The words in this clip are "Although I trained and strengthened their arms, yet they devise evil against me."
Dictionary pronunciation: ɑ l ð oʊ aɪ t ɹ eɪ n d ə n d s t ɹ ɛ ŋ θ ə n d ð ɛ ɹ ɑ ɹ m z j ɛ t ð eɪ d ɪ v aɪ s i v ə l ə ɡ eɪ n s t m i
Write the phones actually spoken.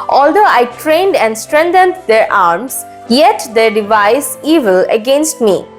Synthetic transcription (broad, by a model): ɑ l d oʊ aɪ t ɹ eɪ n d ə n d s t ɹ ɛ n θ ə n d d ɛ ɹ ɑ ɹ m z j ɛ t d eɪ d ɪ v aɪ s i v ə l ə ɡ eɪ n s t m i